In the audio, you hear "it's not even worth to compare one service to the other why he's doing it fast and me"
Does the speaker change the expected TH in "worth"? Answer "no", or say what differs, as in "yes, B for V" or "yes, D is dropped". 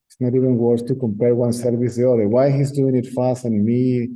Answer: yes, S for TH